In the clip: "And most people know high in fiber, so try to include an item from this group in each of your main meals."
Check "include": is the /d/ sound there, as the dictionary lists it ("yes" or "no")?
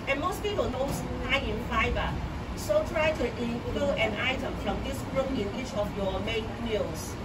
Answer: no